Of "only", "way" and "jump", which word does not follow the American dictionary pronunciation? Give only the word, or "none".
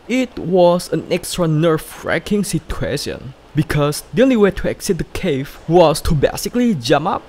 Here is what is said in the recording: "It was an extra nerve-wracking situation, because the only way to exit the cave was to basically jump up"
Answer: jump